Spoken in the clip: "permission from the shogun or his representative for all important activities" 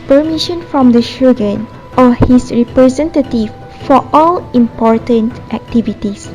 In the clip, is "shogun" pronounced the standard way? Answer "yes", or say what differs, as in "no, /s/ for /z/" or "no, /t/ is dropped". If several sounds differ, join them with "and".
yes